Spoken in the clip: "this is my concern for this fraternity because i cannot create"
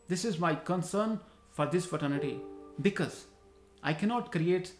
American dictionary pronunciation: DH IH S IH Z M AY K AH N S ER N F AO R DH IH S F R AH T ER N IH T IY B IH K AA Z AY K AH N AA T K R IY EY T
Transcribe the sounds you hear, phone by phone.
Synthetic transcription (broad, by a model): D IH S IH Z M AY K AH N S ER N F AO R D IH S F AH T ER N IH T IY B IH K AA Z AY K AH N AA T K R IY EY T